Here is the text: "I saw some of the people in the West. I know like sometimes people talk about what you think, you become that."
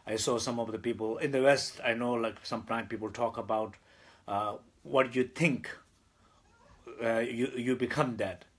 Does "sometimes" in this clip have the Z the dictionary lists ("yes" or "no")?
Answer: no